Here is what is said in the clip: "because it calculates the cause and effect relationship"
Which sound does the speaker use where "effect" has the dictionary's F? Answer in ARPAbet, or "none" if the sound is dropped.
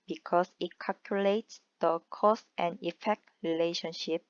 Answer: F